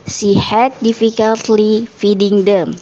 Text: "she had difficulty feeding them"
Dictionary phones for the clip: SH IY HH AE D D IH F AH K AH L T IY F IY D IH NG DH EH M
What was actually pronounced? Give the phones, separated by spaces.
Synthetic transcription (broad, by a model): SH IY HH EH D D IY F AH K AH L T IY F IY D IH NG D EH M